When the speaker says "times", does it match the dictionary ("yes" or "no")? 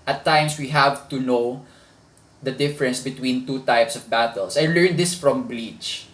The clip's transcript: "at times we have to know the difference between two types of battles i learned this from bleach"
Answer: no